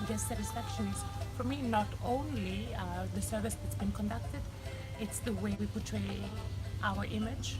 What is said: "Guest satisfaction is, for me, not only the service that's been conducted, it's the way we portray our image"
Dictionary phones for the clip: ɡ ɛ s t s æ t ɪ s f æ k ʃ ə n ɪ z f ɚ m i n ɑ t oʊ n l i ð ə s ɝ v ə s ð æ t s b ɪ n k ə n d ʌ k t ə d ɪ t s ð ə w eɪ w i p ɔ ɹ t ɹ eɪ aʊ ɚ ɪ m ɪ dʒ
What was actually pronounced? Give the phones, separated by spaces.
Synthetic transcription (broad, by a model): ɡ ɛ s s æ t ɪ s f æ k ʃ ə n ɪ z f ɚ m i n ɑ t oʊ n l i ð ə s ɝ v ə s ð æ t s b ɪ n k ə n d ʌ k t ə d ɪ t s ð ə w eɪ w i p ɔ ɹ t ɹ eɪ aʊ ɚ ɪ m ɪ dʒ